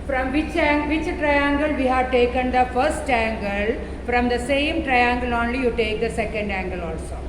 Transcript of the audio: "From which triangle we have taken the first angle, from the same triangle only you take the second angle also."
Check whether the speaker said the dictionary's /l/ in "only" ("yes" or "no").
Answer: yes